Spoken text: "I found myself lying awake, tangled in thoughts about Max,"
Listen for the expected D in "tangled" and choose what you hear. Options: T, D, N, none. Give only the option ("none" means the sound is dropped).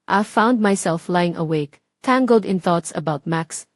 D